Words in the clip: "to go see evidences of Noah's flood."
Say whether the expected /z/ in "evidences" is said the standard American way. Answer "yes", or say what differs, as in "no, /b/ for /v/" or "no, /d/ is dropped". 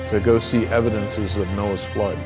yes